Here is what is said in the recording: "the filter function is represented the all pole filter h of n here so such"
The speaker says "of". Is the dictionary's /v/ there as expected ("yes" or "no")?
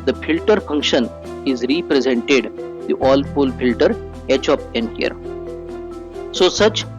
no